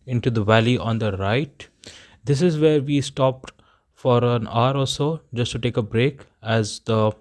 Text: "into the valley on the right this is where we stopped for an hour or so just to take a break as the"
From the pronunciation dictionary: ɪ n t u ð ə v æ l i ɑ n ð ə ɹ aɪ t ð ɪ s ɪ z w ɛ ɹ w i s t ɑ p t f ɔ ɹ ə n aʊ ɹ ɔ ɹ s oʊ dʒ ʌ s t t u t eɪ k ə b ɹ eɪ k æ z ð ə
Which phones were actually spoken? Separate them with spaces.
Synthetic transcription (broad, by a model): ɪ n t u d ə v æ l i ɑ n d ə ɹ aɪ t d ɪ s ɪ z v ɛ ɹ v i s t ɑ p t f ɔ ɹ ə n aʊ ɹ ɔ l s oʊ dʒ ʌ s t t u t eɪ k ə b ɹ eɪ k æ z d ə